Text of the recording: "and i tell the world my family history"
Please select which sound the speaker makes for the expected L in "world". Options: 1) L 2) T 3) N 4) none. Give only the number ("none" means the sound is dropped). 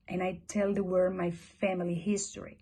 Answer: 4